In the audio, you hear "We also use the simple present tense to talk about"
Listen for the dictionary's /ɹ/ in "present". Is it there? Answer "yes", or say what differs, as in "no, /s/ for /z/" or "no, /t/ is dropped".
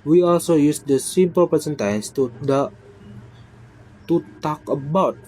no, /ɹ/ is dropped